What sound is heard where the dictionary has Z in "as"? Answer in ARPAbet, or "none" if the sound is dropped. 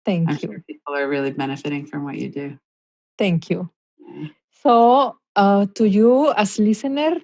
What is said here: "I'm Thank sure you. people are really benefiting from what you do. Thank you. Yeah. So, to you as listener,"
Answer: S